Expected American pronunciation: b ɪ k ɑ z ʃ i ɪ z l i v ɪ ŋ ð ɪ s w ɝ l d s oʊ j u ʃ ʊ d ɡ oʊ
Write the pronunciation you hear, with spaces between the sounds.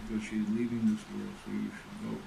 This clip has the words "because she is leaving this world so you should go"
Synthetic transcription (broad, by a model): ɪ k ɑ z ʃ i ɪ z l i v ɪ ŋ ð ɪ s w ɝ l s oʊ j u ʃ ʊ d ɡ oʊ